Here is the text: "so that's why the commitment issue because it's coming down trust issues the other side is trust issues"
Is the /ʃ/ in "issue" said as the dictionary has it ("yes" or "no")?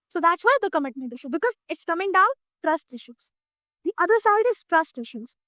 yes